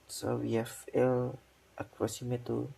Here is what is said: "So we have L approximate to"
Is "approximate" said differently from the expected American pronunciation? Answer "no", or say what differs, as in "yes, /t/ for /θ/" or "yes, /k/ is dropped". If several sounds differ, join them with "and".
yes, /k/ is dropped